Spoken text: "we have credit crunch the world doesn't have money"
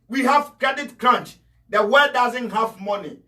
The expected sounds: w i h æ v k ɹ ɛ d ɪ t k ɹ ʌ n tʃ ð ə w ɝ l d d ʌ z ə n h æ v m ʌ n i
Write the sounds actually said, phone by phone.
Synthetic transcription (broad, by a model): w i h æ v k ɹ ɛ d ɪ t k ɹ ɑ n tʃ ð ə w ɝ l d d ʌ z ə n h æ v m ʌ n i